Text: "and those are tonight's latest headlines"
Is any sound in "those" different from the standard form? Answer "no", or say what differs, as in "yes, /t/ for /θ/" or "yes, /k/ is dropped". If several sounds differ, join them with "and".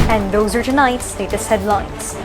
no